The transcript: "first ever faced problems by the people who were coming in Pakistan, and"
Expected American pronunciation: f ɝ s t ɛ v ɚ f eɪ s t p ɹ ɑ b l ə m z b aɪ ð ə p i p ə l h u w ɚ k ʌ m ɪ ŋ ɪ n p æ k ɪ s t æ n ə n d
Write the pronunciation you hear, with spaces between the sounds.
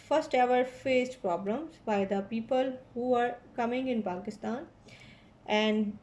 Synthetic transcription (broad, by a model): f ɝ s t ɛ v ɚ f eɪ s t p ɹ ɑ b l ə m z b aɪ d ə p i p ə l h u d k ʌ m ɪ ŋ ɪ n p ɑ k ɪ s t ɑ n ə n d